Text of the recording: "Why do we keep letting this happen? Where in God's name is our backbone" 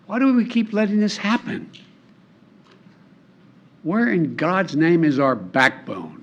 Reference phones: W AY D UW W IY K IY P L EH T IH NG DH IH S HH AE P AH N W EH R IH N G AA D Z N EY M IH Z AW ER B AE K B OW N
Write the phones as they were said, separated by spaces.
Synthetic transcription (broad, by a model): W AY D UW W IY K IY P L EH T IH NG DH IH S HH AE P AH N W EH R IH N G AA D Z N EY M IH Z AW ER B AE K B OW N